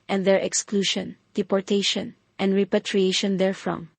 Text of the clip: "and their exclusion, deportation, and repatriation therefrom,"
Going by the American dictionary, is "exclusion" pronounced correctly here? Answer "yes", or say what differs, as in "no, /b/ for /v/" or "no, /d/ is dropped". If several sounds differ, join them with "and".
no, /ʃ/ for /ʒ/